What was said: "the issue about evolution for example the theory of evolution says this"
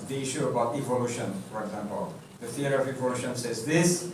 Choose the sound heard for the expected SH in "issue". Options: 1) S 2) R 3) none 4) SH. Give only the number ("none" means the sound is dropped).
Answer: 4